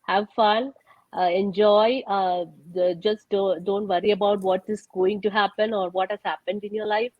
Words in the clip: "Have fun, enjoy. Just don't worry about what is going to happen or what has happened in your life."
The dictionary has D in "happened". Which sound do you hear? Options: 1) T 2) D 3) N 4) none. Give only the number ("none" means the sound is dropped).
2